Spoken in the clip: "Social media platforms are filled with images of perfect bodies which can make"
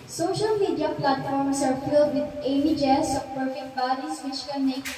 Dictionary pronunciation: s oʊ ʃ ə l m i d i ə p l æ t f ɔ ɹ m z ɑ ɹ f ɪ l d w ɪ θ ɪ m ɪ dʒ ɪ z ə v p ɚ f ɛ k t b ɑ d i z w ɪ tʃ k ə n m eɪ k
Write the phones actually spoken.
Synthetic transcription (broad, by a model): s oʊ ʃ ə l m i d i ə p l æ t f ɔ ɹ m s ɑ ɹ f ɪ l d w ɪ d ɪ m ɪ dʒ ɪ s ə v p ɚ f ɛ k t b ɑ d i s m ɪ ʃ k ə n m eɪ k